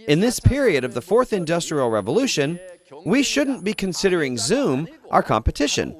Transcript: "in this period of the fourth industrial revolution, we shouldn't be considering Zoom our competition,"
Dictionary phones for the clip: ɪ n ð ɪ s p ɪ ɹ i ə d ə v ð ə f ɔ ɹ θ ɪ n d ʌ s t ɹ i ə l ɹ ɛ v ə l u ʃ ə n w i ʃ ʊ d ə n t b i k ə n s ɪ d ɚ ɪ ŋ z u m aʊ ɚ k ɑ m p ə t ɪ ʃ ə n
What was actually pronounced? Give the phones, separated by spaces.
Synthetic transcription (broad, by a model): ɪ n ð ɪ s p ɪ ɹ i ə d ə v ð ə f ɔ ɹ θ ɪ n d ʌ s t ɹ i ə l ɹ ɛ v ə l u ʃ ə n w i ʃ ʊ d n b i k ə n s ɪ d ɚ ɪ ŋ z u m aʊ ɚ k ɑ m p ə t ɪ ʃ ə n